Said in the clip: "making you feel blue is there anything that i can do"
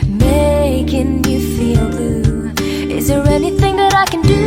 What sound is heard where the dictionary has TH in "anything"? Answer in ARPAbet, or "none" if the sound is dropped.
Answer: TH